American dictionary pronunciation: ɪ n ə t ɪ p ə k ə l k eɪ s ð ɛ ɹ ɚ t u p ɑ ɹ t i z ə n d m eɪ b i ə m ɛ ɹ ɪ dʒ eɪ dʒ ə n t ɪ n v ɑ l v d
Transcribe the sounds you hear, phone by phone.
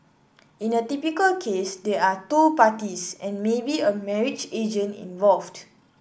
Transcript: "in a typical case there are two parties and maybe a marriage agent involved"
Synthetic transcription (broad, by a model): ɪ n ə t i p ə k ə l k eɪ s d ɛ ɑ t u p ɑ t i s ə n m eɪ b i ə m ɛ ɹ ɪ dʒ eɪ dʒ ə n ɪ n v ɑ l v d